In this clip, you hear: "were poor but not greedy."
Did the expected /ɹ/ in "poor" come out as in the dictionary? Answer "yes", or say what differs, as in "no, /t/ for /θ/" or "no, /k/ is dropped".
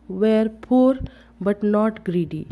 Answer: yes